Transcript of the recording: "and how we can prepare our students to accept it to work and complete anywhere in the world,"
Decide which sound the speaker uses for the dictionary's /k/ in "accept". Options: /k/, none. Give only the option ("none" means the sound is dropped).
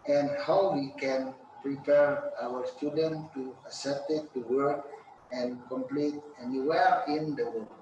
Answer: none